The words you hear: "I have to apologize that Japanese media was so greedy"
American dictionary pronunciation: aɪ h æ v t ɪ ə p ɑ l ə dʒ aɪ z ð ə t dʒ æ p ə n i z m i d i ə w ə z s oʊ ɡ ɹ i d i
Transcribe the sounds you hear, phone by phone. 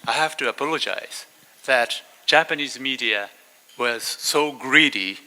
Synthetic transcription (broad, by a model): aɪ h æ f t ɪ ə p ɑ l ə dʒ aɪ z ð ə t dʒ æ p ə n i z m i d i ə w ə z s oʊ ɡ ɹ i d i